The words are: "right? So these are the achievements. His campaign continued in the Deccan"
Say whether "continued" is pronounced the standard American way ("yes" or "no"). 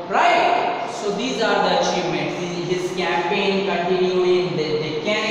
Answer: no